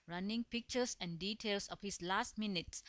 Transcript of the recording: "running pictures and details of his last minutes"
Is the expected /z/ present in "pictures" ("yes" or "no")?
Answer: no